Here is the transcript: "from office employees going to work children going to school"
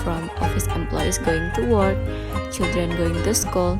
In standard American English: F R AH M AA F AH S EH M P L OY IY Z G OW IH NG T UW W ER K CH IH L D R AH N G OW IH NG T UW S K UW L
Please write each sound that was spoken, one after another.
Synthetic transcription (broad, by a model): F R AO M AA F AH S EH M P L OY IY S G OW IH NG T UW W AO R CH IH L D R AH N G OW IH NG T UW S K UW L